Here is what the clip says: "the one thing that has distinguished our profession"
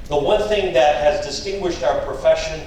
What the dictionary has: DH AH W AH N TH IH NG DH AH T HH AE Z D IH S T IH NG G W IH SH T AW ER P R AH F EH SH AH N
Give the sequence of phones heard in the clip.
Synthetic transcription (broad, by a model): DH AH W AH N TH IH NG DH AH T HH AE Z D IH S T IH NG G W IH SH T AW ER P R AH F EH SH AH N